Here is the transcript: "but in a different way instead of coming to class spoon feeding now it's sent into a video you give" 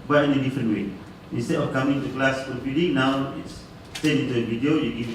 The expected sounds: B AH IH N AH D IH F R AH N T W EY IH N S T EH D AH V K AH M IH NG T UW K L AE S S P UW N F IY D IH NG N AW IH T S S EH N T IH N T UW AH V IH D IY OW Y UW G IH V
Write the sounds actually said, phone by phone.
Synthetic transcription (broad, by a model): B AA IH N AH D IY F R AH N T W EY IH N S T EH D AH F K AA M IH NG T UW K L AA S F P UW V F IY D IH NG N AW IH T S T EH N IH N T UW AH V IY D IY OW Y UW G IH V